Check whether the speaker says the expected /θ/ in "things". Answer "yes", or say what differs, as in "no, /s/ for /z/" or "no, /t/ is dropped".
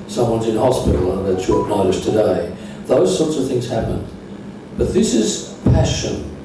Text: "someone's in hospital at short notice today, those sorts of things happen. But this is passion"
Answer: yes